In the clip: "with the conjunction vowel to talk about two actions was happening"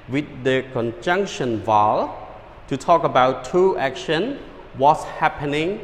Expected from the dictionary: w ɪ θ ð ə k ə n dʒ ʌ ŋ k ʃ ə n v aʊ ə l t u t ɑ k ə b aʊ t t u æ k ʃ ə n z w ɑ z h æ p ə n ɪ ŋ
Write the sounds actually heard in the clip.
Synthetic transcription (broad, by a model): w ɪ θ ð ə k ə n dʒ ʌ ŋ k ʃ ə n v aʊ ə l t u t ɑ k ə b aʊ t t u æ k ʃ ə n w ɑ s h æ p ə n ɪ ŋ